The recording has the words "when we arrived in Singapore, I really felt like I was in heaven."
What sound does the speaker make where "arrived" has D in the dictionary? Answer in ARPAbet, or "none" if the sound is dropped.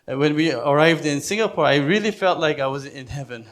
D